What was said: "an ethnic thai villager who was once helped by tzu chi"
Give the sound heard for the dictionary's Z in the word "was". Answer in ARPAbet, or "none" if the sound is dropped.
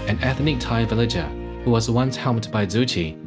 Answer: Z